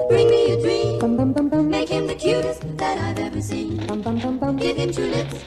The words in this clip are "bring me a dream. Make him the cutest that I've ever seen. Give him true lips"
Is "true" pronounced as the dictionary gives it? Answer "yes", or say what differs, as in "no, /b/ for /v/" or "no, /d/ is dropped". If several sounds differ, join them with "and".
no, /ɹ/ is dropped